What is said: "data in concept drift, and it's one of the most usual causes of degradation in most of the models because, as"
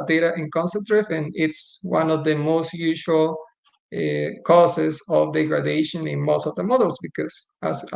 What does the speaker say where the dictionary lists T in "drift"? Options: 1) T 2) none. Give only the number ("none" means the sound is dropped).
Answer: 2